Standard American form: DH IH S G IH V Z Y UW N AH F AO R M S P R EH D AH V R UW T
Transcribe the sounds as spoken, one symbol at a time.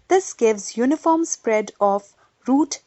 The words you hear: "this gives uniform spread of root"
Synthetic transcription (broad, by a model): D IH S G IH V Z Y UW N AH F AO R M S P R EH D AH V R UW T